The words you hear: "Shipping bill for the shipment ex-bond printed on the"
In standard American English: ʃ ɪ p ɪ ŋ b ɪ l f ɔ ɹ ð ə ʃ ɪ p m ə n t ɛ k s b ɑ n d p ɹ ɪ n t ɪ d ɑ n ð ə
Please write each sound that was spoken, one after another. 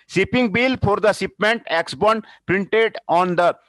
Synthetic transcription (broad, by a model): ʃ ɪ p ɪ ŋ b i l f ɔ ɹ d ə s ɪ p m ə n t ɛ k s b ɑ n d p ɹ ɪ n t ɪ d ɑ n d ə